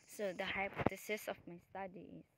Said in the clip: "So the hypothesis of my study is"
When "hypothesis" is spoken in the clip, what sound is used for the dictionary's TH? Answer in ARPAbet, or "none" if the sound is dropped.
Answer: T